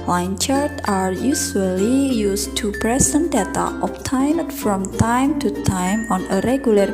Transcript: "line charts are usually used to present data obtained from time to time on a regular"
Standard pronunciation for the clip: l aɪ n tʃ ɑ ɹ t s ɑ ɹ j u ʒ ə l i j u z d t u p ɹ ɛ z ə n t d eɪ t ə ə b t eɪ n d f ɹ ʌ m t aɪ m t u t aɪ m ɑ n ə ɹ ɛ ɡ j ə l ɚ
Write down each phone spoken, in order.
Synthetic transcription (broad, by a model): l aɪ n tʃ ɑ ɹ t ɑ ɹ j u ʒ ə l i j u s t u p ɹ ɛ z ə n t d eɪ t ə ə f t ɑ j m f ɹ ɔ m t aɪ m t u t aɪ m ɑ n ə ɹ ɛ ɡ j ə l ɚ